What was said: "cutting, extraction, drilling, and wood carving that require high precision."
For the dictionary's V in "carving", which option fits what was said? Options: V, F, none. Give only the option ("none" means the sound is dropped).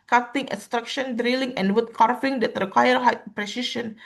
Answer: F